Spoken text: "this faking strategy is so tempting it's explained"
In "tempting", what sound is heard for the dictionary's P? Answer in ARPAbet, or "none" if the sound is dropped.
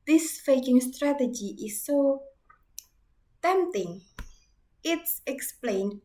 none